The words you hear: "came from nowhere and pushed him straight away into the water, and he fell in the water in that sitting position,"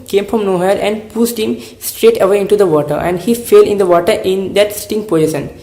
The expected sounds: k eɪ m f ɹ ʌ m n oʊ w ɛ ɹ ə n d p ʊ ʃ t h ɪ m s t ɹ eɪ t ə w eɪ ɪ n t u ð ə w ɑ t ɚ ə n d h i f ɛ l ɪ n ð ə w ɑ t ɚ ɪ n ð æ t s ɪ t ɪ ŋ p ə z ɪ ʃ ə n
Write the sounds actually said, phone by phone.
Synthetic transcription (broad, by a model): k eɪ m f ɹ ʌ m n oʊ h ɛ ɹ ə n d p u s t h ɪ m s t ɹ eɪ t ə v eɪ ɪ n t u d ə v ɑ t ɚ ə n d h i f ɛ l ɪ n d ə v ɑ t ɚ ɪ n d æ t s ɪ t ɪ ŋ p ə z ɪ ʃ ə n